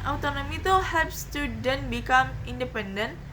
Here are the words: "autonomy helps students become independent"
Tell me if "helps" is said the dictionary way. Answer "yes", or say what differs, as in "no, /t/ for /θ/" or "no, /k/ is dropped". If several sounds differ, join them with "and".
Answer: no, /l/ is dropped